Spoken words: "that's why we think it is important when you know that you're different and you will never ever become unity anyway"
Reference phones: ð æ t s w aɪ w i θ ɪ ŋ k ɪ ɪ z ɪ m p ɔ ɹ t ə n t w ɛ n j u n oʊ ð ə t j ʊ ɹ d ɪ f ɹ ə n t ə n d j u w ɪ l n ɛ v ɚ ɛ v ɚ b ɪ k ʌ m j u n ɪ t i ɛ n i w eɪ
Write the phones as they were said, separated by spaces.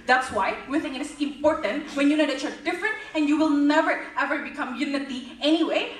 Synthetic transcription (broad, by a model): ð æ t s w aɪ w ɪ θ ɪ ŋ ɪ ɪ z ɪ m p ɔ ɹ t ə n t w ɛ n j u n oʊ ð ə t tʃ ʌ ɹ d ɪ f ɹ ə n t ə n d j u w ɪ l n ɛ v ɚ ɛ v ɚ b ɪ k ʌ m j u n ɪ t i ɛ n i w eɪ